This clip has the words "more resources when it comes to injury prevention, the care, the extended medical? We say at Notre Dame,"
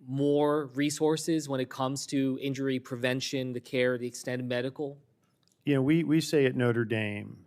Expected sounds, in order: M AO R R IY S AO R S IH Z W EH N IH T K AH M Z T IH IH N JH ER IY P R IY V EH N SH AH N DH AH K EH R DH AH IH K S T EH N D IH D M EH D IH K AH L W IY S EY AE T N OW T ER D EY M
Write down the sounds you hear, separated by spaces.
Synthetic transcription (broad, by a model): M AO R R IY S AO R S IH Z W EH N IH T K AH M Z T IH IH N JH ER IY P R IY V EH N SH AH N DH AH K EH R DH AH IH K S T EH N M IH D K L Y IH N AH W W IY S EY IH T N OW T ER D EY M